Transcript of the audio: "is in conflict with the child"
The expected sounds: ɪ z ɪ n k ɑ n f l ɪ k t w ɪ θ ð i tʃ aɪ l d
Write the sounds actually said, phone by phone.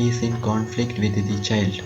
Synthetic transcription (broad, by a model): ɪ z ɪ n k ɑ n f l ɪ k t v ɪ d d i tʃ aɪ l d